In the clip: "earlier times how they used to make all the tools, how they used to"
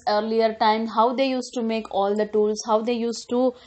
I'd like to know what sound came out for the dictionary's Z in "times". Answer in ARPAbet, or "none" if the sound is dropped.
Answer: none